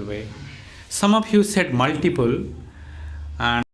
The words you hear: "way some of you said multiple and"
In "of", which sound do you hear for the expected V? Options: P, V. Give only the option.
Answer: P